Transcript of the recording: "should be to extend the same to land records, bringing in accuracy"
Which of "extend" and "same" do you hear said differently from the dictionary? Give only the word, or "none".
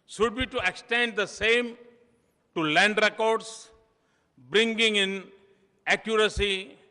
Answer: none